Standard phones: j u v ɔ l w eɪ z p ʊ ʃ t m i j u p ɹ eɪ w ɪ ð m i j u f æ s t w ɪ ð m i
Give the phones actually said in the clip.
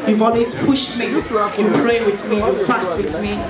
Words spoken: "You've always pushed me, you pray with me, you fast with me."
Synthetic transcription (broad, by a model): j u v ɔ l w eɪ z p ʊ ʃ t m i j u p ɹ eɪ w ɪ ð m i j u f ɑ s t w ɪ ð m i